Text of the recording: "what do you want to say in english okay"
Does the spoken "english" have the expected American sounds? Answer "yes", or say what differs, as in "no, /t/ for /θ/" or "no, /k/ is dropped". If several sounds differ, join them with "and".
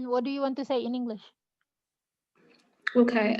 yes